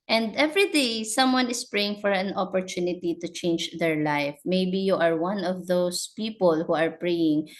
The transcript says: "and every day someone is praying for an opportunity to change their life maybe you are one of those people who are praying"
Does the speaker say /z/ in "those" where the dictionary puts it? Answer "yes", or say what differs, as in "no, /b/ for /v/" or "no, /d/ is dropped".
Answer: no, /s/ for /z/